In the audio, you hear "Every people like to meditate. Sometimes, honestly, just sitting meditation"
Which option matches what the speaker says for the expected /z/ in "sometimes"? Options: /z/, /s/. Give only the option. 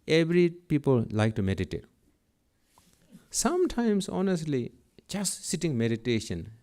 /s/